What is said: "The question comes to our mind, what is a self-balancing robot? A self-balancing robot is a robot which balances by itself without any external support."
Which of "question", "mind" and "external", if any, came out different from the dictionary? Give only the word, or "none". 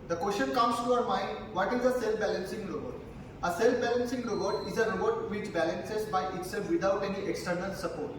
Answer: question